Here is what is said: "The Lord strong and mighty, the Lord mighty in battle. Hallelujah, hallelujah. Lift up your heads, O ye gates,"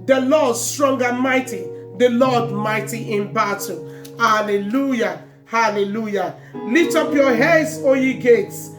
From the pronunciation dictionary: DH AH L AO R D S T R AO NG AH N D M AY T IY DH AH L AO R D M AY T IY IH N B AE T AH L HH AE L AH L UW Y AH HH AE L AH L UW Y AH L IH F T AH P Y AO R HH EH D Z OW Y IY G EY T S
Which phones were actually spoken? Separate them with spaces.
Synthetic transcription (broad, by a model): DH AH L AO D S T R AO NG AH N M AY T IY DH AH L AO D M AY T IY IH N B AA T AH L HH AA L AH L UW Y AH HH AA L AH L UW Y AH L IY T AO P Y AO HH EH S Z OW Y IY G EY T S